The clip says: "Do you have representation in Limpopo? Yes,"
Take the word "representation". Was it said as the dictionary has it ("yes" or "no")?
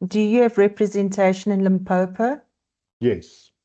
yes